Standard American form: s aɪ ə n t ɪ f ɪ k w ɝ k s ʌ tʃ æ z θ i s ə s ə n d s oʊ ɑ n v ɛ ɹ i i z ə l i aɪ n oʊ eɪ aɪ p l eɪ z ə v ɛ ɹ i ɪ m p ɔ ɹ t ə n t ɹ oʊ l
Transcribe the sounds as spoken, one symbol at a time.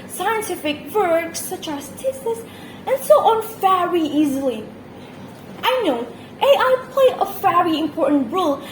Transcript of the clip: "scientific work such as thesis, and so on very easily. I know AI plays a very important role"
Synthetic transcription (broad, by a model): s aɪ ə n t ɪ f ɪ k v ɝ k s ʌ tʃ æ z t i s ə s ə n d s oʊ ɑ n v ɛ ɹ i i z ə l i aɪ n oʊ eɪ aɪ p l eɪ ə v ɛ ɹ i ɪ m p ɔ ɹ t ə n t ɹ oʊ l